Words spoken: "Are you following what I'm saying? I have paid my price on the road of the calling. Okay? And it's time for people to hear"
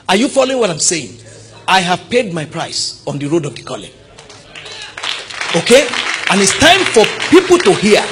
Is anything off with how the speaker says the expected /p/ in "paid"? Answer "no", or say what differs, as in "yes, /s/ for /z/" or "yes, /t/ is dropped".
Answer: no